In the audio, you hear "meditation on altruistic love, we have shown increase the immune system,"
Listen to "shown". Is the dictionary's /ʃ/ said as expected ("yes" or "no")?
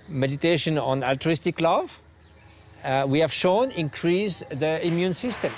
yes